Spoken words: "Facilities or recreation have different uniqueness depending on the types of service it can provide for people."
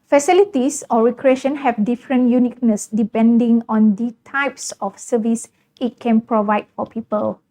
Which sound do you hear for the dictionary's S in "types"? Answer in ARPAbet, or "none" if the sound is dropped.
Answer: S